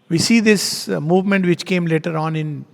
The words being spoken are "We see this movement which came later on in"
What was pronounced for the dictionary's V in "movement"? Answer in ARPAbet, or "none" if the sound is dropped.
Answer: V